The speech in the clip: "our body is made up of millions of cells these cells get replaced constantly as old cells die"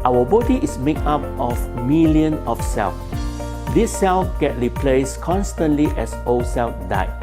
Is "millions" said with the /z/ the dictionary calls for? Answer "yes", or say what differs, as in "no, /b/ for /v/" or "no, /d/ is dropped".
no, /z/ is dropped